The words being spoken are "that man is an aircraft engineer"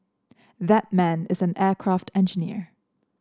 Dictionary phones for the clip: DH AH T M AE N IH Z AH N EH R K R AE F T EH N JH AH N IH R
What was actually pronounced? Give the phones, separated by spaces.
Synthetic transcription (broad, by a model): DH AH T M AE N IH Z AH N EH R K R AE F T EH N JH AH N IH R